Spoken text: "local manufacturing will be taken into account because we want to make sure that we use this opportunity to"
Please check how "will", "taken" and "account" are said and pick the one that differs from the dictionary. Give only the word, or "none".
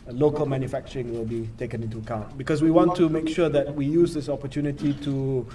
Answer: none